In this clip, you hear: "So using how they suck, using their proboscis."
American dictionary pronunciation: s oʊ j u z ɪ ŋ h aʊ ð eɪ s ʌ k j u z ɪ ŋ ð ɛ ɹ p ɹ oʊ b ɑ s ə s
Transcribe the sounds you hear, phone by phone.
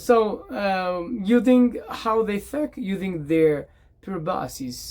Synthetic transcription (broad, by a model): s oʊ j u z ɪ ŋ h aʊ ð eɪ θ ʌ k j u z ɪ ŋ ð ɛ ɹ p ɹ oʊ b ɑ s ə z